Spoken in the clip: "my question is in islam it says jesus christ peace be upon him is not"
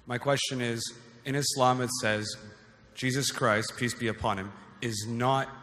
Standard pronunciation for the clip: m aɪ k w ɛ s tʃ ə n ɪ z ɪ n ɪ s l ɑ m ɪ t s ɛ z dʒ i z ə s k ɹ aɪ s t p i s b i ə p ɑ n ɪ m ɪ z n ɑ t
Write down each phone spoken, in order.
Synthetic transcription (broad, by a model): m aɪ k w ɛ s tʃ ə n ɪ z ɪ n ɪ s l ɑ m ɪ t s ɛ z dʒ i z ə s k ɹ aɪ s t p i s b i ə p ɑ n ɪ m ɪ z n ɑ t